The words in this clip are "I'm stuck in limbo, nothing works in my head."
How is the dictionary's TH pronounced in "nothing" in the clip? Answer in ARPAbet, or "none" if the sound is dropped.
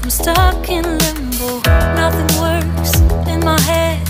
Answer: TH